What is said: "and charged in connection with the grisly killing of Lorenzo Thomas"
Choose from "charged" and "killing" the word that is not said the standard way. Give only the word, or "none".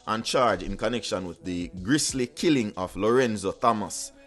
charged